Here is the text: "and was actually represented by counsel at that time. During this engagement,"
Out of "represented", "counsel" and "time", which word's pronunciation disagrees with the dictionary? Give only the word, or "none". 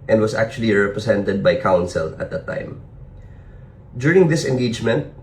represented